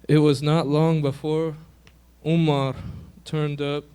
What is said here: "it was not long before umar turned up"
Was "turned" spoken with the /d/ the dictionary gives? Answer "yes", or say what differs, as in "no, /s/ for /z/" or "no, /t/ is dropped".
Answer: yes